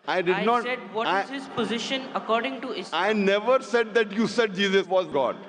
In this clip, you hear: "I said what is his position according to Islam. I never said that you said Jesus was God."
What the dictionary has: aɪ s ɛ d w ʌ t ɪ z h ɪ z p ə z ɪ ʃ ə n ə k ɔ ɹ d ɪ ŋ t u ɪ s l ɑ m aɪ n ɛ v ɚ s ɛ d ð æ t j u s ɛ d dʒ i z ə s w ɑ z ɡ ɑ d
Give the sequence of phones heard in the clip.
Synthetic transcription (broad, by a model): aɪ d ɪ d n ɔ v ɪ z h ɪ z p ə z ɪ ʃ ə n ə k ɔ ɹ d ɪ ŋ t u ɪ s ɑ ɪ n ɛ v ɚ s ɛ d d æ t j u s ɛ d dʒ i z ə s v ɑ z ɡ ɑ d